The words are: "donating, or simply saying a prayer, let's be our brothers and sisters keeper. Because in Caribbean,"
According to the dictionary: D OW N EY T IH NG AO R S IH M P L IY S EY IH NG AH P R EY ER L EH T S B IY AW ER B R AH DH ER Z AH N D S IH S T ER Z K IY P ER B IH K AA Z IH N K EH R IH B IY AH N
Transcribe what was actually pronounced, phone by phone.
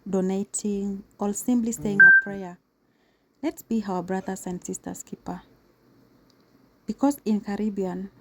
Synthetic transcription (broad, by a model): D OW N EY T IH NG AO L S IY M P L IY S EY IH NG AH P R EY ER L EH T S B IY AW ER B R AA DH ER S AH N D S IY S T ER S K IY P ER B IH K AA S IH N K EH R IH B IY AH N